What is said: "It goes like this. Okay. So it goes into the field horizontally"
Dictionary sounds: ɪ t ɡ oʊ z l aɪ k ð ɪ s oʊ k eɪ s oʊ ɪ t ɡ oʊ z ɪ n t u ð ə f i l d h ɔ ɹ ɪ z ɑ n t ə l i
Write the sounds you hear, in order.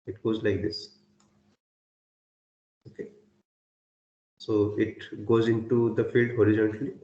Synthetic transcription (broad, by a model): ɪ t ɡ oʊ z l aɪ k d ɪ s oʊ k eɪ s oʊ ɪ t ɡ oʊ z ɪ n t u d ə f i l d h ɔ ɹ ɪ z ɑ n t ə l i